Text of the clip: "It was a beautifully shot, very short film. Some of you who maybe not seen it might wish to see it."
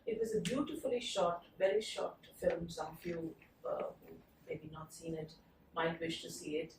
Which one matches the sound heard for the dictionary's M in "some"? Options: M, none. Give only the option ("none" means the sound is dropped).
none